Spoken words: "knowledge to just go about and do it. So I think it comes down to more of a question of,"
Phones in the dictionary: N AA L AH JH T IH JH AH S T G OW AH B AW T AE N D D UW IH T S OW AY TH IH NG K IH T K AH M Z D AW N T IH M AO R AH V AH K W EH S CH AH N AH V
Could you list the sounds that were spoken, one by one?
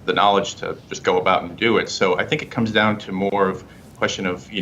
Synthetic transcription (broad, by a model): N AA L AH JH T IH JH AH S G OW AH B AW T N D D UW IH T S OW AY TH IH NG K IH T K AH M Z D AW N T IH M AO R AH V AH K W EH S CH AH N AH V